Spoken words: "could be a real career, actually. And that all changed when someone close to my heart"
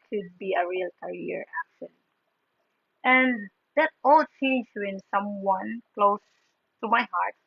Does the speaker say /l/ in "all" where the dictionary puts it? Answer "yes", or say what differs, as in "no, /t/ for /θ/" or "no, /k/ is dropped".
yes